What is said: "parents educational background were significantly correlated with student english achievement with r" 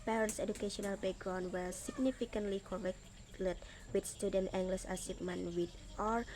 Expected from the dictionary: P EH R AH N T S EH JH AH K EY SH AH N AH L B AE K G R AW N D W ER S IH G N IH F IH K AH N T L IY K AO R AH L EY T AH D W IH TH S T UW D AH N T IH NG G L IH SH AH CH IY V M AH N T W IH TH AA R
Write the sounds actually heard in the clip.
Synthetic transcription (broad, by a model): P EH R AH N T S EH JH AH K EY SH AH N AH L B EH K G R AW N W ER S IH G N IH F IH K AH N T L IY K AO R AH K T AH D W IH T S T UW D AH N T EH NG G L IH S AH S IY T M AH N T W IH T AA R